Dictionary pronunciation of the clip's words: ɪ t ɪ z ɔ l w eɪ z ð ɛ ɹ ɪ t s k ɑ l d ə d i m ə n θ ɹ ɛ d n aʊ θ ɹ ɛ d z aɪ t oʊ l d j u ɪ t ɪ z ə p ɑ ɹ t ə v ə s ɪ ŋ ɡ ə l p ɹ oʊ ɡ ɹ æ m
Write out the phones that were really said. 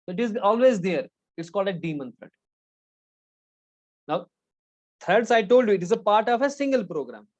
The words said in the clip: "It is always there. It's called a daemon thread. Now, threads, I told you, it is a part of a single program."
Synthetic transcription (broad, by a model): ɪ t ɪ z ɔ l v eɪ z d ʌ ɹ ɪ t s k ɑ l d ə d i m ə n t ɹ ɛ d n aʊ t ɹ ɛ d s aɪ t oʊ l d j u ɪ t ɪ z ə p ɑ ɹ t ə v ə s ɪ ŋ ɡ ə l p ɹ oʊ ɡ ɹ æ m